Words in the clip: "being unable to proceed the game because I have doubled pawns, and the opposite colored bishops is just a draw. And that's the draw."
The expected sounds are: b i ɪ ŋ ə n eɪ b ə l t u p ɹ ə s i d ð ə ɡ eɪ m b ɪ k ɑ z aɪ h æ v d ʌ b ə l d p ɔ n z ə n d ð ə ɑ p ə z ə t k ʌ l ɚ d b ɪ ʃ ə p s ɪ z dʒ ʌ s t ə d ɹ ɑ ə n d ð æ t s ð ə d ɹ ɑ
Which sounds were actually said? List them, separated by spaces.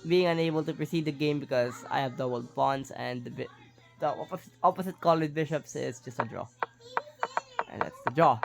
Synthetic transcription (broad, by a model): b i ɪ ŋ ə n eɪ b ə l t u p ɹ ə s i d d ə ɡ eɪ m b ɪ k ɑ z aɪ h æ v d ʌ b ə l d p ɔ n s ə n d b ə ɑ p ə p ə t k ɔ l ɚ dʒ b ɪ ʃ ə p s ɪ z dʒ ʌ s t ə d ɹ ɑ ə n d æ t s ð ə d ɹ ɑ